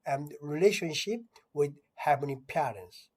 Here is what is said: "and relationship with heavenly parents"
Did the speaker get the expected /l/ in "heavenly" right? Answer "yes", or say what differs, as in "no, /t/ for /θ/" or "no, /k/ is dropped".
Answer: no, /l/ is dropped